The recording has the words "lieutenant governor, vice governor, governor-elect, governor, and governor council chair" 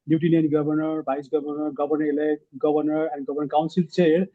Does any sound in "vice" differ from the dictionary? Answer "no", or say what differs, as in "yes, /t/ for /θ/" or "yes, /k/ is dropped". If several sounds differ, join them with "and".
yes, /b/ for /v/